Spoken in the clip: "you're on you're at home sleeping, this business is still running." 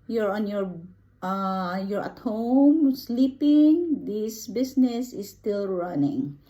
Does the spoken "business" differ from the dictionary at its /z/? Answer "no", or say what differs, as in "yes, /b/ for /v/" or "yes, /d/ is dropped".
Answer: yes, /s/ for /z/